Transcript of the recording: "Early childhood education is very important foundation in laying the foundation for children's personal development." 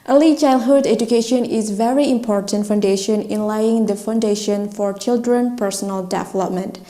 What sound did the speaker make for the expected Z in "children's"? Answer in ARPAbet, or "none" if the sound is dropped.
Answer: none